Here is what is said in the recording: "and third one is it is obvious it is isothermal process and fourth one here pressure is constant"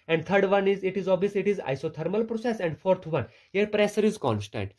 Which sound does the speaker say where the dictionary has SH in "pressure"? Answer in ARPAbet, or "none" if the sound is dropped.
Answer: S